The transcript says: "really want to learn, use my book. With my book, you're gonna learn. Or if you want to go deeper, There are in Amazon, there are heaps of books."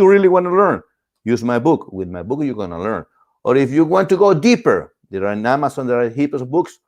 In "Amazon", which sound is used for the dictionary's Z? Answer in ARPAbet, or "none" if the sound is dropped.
S